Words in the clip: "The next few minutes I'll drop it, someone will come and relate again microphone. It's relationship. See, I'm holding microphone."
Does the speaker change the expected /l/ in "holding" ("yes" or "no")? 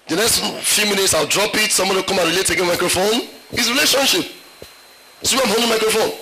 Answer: yes